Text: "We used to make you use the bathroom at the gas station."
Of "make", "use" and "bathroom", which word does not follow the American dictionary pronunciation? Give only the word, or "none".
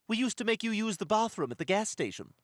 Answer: none